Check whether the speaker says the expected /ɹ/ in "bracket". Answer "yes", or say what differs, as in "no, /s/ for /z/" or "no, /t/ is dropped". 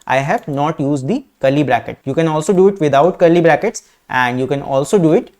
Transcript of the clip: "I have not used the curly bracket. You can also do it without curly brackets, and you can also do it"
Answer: yes